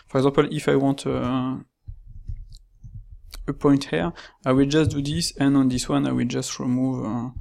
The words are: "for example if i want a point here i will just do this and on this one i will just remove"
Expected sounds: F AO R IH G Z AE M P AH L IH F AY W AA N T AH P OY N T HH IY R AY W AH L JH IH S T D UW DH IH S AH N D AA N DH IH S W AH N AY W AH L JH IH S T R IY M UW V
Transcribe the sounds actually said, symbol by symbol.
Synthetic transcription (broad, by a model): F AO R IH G Z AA P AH L IH F AY W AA T AH P OY N T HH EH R AY W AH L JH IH S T D UW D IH S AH N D AA N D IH S W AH N AY W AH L JH IH S T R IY M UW V